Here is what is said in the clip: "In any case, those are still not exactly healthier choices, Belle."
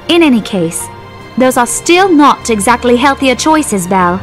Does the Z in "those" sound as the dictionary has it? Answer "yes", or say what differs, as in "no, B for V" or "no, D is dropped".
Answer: yes